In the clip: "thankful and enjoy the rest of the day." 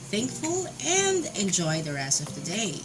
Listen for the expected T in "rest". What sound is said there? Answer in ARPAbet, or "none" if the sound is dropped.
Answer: none